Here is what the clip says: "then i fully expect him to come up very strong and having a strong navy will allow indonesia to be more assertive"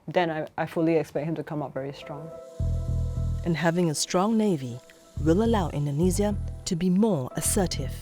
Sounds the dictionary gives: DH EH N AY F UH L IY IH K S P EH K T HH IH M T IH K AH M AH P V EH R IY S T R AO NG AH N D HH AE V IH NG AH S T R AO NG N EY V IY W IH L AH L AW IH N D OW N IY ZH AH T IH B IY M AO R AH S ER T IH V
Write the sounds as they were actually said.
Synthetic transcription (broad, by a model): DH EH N AY F UH L IY IH K S P EH K T HH IH M T IH K AH M AH P V EH R IY S T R AO NG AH N HH AE V IH NG AH S T R AO NG N EY V IY W IH L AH L AW IH N D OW N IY Z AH T IH B IY M AO R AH S ER T IH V